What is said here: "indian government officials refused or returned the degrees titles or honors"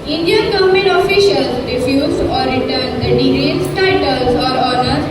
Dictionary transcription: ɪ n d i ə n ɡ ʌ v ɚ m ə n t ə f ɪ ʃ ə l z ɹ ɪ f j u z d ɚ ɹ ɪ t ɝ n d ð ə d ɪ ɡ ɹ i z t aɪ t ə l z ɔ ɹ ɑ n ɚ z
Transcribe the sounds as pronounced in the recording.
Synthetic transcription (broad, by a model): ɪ n d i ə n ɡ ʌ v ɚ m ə n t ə f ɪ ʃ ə l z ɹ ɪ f j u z ɔ ɹ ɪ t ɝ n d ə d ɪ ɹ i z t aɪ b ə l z ɔ ɹ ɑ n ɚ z